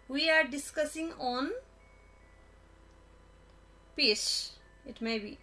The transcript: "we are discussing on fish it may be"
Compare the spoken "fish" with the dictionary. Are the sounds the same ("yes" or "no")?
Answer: no